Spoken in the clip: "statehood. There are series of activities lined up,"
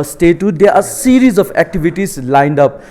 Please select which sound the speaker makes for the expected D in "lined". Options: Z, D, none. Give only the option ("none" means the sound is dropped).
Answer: D